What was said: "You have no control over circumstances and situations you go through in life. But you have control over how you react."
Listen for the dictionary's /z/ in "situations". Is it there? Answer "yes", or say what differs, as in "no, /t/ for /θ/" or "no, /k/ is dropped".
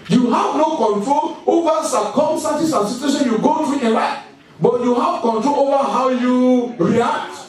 no, /z/ is dropped